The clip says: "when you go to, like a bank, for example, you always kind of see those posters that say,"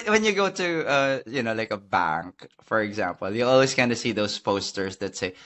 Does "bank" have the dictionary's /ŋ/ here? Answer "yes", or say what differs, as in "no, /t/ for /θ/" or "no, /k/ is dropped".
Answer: yes